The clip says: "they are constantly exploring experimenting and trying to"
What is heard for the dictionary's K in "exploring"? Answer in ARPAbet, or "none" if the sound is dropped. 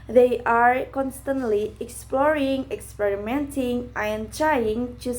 K